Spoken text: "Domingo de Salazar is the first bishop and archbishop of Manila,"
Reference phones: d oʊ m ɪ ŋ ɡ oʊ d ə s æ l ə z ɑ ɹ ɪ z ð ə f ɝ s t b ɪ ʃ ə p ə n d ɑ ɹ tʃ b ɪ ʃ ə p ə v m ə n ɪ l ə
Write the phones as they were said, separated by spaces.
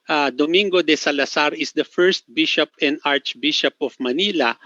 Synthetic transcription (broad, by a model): d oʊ m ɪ ŋ ɡ oʊ d ə s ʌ l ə s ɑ ɹ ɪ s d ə f ɝ s t b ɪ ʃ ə p ə n d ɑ ɹ tʃ b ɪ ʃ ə p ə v m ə n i l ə